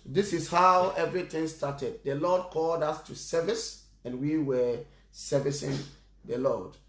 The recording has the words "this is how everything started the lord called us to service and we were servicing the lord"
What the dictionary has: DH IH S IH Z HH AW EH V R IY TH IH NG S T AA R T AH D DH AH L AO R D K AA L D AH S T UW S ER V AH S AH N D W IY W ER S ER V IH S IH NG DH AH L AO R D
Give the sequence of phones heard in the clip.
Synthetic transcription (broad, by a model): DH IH S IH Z HH AW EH V R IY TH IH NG S T AA T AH D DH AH L AO D K AA L D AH S T UW S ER V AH S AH N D W IY W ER S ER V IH S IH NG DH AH L AO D